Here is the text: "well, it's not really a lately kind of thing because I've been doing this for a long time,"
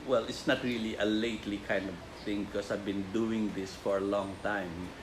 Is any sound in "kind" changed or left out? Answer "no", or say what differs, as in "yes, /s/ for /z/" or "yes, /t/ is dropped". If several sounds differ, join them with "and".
no